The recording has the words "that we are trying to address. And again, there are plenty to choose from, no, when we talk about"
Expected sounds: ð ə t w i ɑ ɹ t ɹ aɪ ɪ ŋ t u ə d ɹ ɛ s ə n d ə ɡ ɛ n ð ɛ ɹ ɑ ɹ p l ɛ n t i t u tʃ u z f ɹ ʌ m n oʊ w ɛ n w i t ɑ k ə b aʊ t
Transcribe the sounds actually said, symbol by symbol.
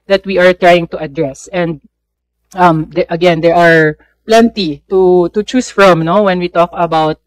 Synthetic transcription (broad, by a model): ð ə t w i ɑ ɹ t ɹ aɪ ɪ ŋ t u ə d ɹ ɛ s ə n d ə ɡ ɛ n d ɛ ɹ ɑ ɹ p l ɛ n t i t u tʃ u s f ɹ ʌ m n oʊ w ɛ n w i t ɑ k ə b aʊ t